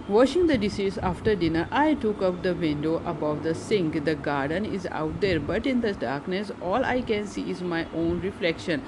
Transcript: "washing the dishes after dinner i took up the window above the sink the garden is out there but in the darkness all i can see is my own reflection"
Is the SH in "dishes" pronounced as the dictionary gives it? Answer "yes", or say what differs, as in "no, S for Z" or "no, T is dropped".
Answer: no, S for SH